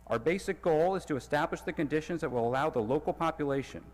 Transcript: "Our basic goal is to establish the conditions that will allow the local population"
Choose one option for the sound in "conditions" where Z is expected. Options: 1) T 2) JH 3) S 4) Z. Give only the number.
4